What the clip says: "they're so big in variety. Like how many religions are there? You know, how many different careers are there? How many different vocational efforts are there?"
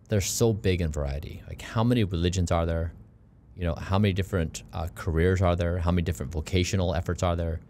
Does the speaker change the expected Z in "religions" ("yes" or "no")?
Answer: no